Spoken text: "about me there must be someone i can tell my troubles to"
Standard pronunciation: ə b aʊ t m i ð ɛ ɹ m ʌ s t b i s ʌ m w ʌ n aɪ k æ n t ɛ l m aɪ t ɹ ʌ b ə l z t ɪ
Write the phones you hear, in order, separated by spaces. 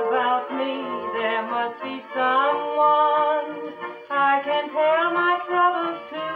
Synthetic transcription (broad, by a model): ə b aʊ t m i ð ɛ ɹ m ʌ s t b i s ʌ m w ʌ n aɪ k æ n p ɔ n m aɪ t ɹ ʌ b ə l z t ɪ